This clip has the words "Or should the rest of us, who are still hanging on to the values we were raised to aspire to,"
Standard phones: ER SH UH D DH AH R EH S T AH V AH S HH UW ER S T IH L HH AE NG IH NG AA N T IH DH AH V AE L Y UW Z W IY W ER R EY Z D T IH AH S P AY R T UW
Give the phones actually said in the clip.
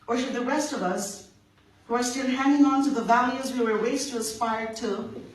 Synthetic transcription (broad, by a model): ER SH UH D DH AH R EH S T AH V AH S HH UW ER S T IH L HH AE NG IH NG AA N T IH DH AH V AE L Y UW Z W IY W ER W EY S T IH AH S P AY R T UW